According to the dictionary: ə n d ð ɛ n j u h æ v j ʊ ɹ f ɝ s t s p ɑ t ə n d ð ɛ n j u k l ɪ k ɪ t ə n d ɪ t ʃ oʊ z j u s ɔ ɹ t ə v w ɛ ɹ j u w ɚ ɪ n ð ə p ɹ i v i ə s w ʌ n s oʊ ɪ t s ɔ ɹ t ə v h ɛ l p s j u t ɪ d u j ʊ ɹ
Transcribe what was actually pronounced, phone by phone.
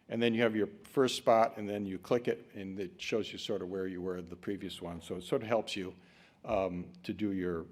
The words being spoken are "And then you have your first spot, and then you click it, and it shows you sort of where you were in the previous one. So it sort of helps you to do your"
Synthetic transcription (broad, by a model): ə n ð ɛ n j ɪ v j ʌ ɹ f ɝ s t s p ɑ t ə n ð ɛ n j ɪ k l ɪ k ɪ t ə n ɪ t ʃ oʊ z j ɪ s ɔ ɹ t ə v w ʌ ɹ j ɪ w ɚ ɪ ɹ ð ə p ɹ i v i ə s w ʌ n s oʊ ɪ t s ɔ ɹ t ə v h ɛ l p s j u t ɪ d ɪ j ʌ ɹ